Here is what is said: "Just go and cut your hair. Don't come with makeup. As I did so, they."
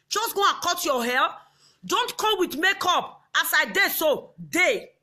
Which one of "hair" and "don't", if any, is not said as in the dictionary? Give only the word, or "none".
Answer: hair